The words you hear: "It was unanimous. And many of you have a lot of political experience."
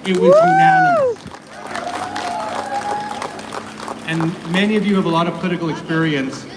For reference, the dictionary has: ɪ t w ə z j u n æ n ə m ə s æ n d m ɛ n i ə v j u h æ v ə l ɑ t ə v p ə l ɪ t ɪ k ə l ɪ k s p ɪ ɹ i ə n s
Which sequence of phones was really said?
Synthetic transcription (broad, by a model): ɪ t w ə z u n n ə ə n m ɛ n i ə v j u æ v ə l ɑ t ə v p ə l ɪ t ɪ k l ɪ k s p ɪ ɹ i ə n s